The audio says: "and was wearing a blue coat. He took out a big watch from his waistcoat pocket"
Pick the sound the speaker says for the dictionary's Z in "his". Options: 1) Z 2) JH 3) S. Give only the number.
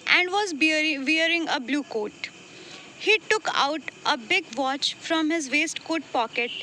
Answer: 1